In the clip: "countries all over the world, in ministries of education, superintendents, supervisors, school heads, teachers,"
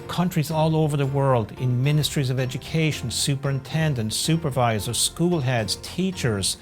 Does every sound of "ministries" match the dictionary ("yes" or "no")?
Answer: yes